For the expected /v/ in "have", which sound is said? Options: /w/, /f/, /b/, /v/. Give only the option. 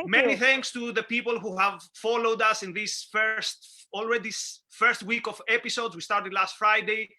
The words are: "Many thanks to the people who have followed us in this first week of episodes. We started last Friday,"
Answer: /v/